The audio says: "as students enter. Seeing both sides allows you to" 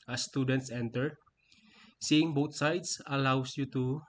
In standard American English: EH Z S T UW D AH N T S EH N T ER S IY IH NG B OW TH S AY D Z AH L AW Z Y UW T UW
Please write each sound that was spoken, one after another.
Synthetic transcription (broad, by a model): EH S T UW D AH N T S EH N T ER S IY IH NG B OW T S AY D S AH L AW S Y UW T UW